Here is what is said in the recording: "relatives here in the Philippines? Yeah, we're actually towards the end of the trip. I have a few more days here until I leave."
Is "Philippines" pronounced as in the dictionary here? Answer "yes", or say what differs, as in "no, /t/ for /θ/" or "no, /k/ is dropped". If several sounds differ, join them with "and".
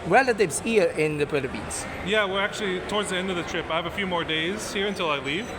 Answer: no, /b/ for /p/